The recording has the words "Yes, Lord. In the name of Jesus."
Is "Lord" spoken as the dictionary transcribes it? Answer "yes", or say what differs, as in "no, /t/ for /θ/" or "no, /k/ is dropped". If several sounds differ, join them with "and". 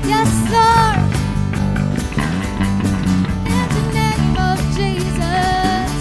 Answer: no, /d/ is dropped